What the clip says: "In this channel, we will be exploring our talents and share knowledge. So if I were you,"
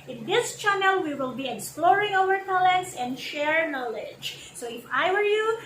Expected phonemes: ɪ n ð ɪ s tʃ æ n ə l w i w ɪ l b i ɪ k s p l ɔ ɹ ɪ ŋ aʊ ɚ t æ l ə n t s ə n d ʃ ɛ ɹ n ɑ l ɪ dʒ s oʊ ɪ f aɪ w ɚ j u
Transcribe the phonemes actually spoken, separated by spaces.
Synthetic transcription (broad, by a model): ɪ n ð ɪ s tʃ æ n ə l w i w ɪ l b i ɪ k s p l ɔ ɹ ɪ ŋ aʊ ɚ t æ l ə n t s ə n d ʃ ɛ ɹ n ɑ l ɪ dʒ s oʊ ɪ f aɪ w ɚ j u